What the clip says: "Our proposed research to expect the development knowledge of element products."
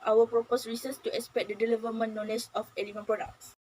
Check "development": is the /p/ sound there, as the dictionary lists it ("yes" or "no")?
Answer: no